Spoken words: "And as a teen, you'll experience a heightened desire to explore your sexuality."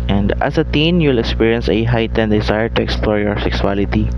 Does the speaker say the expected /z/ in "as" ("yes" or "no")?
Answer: no